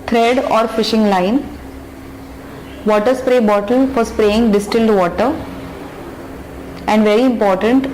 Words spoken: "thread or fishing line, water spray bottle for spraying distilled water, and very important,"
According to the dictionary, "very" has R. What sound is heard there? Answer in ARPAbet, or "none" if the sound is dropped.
R